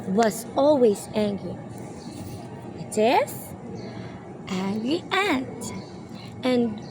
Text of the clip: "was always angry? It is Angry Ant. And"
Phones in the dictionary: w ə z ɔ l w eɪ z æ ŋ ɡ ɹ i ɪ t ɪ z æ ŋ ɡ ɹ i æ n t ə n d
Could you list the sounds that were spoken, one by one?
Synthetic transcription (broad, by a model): w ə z ɔ l w eɪ z æ ŋ ɡ ɹ i ɪ t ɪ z æ ŋ ɡ ɹ i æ t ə n